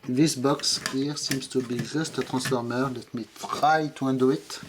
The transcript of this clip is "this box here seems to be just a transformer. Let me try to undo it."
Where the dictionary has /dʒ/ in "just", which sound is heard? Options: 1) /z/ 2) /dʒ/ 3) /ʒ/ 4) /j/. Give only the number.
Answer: 3